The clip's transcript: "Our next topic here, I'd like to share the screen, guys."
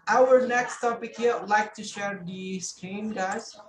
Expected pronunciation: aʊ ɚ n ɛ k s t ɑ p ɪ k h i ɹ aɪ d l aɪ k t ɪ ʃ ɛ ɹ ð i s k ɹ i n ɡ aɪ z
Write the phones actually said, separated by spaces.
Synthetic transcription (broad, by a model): aʊ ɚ n ɛ k s t ɑ p ɪ k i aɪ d l aɪ k t ɪ ʃ ɛ ɹ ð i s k ɹ i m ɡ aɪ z